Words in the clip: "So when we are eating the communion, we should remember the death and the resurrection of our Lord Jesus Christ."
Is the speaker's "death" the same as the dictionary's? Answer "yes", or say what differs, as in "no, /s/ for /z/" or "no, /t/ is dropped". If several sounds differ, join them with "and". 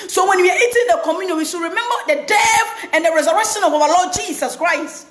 no, /f/ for /θ/